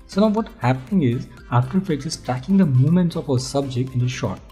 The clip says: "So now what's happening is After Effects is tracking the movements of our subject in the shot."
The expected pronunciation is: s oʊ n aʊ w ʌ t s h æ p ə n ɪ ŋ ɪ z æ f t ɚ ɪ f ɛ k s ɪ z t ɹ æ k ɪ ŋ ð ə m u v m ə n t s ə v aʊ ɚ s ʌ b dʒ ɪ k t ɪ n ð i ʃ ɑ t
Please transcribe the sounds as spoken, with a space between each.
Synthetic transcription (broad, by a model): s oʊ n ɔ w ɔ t h æ p ə n ɪ ŋ ɪ z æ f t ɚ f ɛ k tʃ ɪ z t ɹ æ k ɪ ŋ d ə m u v m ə n t s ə f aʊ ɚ s ʌ b dʒ ɪ k t ɪ n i ʃ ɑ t